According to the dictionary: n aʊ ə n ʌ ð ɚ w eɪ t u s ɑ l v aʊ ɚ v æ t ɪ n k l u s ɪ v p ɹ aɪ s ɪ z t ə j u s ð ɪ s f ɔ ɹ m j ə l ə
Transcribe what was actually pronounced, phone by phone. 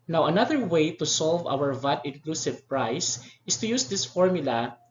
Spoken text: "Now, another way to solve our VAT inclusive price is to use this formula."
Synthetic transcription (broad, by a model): n aʊ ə n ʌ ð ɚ w eɪ t u s ɑ l v aʊ ɚ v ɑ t ɪ n k l u s ɪ v p ɹ aɪ s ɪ s t ə j u s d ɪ s f ɔ ɹ m j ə l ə